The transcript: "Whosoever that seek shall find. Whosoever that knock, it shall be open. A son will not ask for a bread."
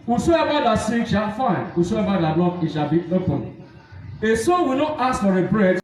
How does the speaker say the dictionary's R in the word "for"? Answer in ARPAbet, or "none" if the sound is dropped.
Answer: R